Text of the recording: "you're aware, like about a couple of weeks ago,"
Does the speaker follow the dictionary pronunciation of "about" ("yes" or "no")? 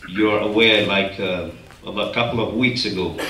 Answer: no